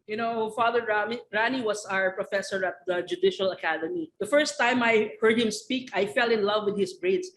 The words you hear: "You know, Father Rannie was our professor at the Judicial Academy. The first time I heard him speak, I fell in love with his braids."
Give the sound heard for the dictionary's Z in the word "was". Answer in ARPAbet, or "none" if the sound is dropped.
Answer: S